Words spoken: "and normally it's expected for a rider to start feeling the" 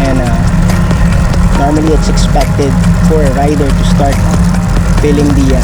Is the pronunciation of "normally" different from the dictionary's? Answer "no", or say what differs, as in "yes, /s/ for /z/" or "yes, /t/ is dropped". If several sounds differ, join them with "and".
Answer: no